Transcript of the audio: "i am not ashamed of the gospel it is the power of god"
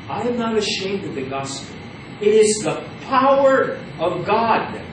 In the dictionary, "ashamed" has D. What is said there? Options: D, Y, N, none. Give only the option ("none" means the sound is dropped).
D